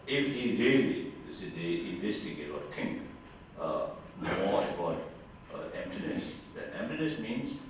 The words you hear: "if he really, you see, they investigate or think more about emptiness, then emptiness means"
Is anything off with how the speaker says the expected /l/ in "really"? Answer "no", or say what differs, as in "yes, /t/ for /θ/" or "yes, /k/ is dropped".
yes, /l/ is dropped